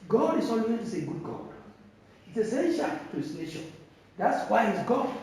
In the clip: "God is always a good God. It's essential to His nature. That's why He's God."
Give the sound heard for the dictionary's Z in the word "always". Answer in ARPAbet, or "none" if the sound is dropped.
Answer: S